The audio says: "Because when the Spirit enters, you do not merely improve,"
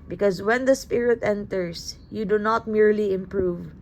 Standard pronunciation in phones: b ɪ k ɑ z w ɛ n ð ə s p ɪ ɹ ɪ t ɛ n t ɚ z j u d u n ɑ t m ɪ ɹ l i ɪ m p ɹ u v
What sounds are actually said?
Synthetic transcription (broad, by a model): b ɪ k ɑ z w ɛ n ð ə s p ɪ ɹ ɪ t ɛ n t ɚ s j u d u n ɑ t m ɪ ɹ l i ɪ m p ɹ u v